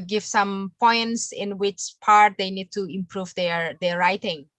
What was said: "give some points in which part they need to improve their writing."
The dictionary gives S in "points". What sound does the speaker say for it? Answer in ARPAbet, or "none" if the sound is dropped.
S